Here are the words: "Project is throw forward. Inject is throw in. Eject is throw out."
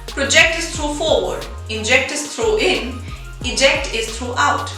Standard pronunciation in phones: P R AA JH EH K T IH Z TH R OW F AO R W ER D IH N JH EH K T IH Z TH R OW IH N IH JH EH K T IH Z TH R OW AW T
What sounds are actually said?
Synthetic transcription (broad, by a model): P R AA JH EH K T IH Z T R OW F AO R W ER D IH N JH EH K T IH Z T R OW IH N IH JH EH K T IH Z T R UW AW T